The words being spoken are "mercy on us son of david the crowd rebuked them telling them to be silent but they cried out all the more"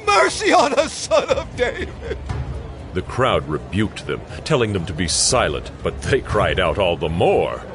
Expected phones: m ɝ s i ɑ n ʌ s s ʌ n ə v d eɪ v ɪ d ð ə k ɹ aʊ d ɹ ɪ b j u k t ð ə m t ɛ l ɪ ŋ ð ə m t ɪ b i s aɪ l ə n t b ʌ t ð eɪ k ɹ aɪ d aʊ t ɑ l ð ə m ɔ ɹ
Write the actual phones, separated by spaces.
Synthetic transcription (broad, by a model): m ɝ s i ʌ n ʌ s s ʌ n ə v d eɪ ɪ ð ə k ɹ aʊ d ɹ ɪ b j u k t ð ə m t ɛ l ɪ ŋ ð ə m t ɪ b i s aɪ l ə n t b ʌ t ð eɪ k ɹ aɪ d aʊ t ɑ l ð ə m ɔ ɹ